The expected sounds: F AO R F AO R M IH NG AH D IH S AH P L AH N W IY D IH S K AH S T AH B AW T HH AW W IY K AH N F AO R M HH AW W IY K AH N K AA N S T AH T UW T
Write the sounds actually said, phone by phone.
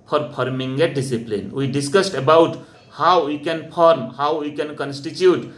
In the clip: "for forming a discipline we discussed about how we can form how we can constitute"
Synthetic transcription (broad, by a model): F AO R P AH R M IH NG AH D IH S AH P L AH N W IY D IH S K AH S T AH B AW T HH AW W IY K AH N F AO R M HH AW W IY K AH N K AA N S T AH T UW T